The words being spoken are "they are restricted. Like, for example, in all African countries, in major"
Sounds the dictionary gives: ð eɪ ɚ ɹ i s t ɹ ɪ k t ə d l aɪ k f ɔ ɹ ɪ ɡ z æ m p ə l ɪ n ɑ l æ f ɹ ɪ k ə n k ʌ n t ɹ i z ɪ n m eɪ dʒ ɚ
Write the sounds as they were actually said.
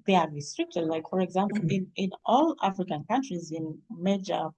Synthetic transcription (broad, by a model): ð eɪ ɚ ɹ i s t ɹ ɪ k t ə d l aɪ k f ɔ ɹ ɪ ɡ z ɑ m p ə n ɪ n ɑ l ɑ f ɹ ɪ k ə n k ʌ n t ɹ i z ɪ n m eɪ dʒ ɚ